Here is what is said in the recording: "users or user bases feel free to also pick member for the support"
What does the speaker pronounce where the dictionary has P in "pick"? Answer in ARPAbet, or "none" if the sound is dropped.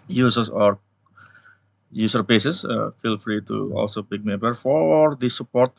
B